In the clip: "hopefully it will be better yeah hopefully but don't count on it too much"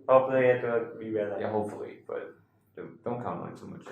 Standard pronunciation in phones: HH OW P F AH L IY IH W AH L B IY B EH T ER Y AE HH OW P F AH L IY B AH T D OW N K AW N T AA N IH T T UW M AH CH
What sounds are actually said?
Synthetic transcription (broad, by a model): HH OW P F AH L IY IH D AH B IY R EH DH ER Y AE HH OW P F AH L IY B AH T D OW N K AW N AA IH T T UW M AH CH